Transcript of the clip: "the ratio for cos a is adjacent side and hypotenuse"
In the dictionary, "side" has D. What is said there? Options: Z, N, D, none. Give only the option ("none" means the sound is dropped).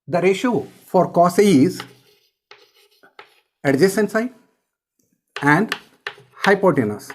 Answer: none